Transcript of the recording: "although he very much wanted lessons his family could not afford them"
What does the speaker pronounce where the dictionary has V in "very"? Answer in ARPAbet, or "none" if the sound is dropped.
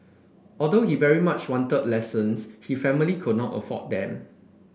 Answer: V